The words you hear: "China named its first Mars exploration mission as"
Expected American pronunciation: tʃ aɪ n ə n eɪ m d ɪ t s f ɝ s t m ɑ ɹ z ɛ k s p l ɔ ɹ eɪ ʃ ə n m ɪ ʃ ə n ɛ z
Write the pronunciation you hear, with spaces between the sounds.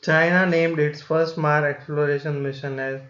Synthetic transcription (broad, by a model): tʃ aɪ n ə n eɪ m d ɪ t s f ɝ s t m ɑ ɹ ɛ k s p l ɔ ɹ eɪ ʃ ə n m ɪ ʃ ə n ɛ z